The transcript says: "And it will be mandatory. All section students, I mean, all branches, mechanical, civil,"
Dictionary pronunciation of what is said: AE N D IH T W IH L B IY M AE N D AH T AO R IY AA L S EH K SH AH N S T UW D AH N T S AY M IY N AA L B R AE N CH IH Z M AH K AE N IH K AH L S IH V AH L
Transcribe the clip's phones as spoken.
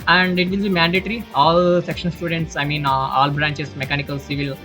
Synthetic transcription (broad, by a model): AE N D IH T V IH L B IY M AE N D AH T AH R IY AA L S EH K SH AH N S T UW D AH N T S AY M IY N AA L B R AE N CH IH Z M AH K AE N IH K AH L S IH V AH L